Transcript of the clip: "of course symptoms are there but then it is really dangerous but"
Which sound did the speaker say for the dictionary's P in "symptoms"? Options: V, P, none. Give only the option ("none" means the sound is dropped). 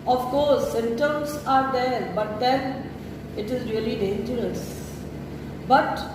none